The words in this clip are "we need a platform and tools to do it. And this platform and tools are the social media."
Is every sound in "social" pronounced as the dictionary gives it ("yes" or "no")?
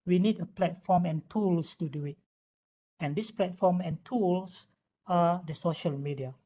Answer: yes